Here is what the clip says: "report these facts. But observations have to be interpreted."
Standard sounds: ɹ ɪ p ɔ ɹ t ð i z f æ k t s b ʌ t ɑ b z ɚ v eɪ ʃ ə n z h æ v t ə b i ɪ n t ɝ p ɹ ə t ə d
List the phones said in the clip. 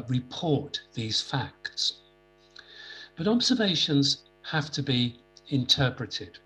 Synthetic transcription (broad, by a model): ɹ ɪ p ɔ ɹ t ð i z f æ k t s b ʌ t ɑ b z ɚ v eɪ ʃ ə n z h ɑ f t ə b i ɪ n t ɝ p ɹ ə t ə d